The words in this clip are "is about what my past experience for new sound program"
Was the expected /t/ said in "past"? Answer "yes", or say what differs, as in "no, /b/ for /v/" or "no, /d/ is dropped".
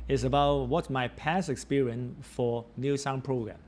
no, /t/ is dropped